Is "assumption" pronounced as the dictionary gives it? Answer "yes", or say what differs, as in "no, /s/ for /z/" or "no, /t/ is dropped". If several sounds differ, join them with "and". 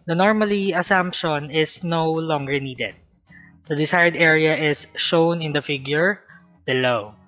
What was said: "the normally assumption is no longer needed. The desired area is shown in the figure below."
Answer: yes